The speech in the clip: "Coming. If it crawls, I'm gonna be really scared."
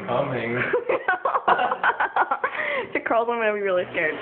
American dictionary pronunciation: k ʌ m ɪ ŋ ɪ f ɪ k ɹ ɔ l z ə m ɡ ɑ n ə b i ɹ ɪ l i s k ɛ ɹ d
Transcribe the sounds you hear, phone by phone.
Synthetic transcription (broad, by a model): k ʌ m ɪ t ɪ ɪ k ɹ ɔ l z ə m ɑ ə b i ɹ ɪ l i s k ɛ ɹ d